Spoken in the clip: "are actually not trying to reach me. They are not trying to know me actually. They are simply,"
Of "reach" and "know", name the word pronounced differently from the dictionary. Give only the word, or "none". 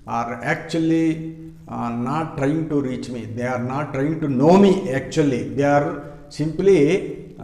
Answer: none